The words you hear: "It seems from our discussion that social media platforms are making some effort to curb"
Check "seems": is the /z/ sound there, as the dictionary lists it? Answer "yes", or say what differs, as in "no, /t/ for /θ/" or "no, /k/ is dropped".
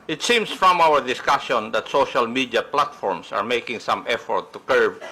no, /s/ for /z/